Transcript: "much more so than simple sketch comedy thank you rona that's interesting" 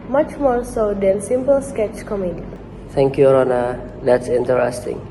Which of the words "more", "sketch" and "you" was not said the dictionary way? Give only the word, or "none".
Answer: none